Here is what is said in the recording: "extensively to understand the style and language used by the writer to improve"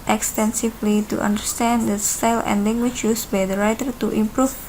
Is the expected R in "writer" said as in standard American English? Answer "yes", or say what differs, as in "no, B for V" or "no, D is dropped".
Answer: yes